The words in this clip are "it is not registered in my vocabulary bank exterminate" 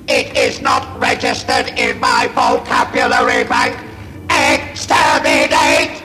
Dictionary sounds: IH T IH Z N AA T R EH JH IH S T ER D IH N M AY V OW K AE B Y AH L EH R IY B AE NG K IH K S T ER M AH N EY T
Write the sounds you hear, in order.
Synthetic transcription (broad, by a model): IH T IH Z N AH T R EH JH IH S T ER D IH N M AY F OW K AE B Y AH L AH R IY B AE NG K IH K S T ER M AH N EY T